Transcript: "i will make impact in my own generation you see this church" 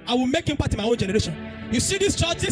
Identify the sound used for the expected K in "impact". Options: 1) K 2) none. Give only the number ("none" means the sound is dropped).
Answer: 2